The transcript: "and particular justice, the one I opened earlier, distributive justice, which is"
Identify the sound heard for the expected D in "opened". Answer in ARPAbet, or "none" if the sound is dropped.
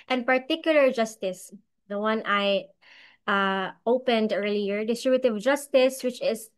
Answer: D